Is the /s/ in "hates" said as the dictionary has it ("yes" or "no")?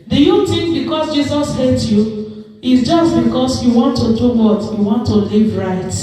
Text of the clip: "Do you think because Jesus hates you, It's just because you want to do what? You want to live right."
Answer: no